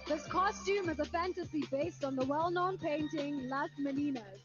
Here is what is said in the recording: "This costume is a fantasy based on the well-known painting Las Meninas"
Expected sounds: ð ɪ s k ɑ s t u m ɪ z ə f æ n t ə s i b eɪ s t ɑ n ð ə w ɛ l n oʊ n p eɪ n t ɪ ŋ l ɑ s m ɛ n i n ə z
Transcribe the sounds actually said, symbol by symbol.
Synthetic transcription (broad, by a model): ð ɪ s k ɑ s t u m ɪ z ə f æ n t ə s i b eɪ s t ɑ n ð ə w ɛ l n oʊ n p eɪ n t ɪ ŋ l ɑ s m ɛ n i n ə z